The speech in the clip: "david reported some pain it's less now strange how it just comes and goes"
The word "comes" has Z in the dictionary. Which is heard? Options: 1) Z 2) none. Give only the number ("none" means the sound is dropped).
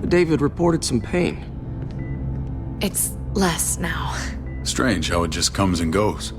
1